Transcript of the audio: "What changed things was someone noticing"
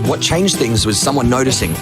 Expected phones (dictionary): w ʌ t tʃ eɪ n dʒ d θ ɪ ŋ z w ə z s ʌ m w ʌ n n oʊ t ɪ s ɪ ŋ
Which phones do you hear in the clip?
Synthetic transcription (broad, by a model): w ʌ t tʃ eɪ n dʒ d θ ɪ ŋ z w ə z s ʌ m w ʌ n n oʊ t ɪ s ɪ ŋ